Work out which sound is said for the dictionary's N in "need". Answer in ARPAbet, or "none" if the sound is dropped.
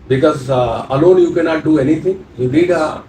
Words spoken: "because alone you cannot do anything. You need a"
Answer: L